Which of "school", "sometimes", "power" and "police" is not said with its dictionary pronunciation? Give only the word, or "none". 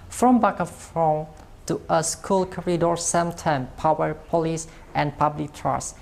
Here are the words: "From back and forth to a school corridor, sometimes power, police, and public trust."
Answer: sometimes